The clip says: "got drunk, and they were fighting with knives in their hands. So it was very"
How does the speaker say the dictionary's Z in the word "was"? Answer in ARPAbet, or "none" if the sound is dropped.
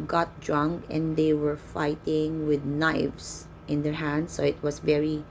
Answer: S